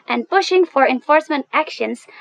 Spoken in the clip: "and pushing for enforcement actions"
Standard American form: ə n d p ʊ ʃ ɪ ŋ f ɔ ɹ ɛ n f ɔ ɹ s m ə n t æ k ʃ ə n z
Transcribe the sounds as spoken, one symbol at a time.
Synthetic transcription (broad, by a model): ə n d p ʊ ʃ ɪ ŋ f ɔ ɹ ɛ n f ɔ ɹ s m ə n t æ k ʃ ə n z